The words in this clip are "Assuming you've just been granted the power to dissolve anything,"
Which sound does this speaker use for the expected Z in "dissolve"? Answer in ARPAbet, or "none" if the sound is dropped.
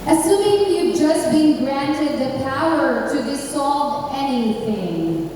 S